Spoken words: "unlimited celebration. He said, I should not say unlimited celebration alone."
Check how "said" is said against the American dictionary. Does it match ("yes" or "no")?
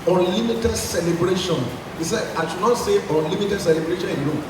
no